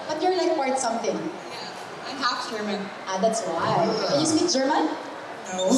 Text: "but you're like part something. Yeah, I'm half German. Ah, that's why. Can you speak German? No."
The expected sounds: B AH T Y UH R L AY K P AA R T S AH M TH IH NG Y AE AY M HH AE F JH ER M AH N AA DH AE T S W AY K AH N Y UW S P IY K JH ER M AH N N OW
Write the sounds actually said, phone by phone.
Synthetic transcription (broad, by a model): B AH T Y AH R L AY K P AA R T S AH M TH IH NG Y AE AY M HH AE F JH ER M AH N AA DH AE T S W AY K AH N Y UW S IY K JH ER M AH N N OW